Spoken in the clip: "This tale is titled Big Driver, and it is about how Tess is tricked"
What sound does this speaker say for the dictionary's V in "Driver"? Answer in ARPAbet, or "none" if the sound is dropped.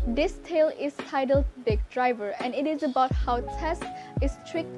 V